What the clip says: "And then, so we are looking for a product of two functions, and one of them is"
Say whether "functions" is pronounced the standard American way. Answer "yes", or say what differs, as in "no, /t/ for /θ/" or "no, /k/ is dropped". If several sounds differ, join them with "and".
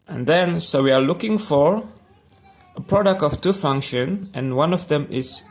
no, /z/ is dropped